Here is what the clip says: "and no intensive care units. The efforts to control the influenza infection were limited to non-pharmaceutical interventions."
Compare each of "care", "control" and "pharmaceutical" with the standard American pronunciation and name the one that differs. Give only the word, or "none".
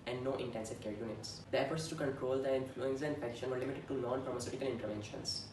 none